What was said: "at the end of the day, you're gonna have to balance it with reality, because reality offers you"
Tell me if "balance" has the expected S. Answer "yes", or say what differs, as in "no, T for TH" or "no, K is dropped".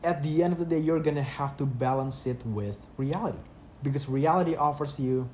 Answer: yes